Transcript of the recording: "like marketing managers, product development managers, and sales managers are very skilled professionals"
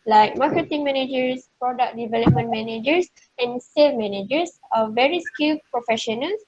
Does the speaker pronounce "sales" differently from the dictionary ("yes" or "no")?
yes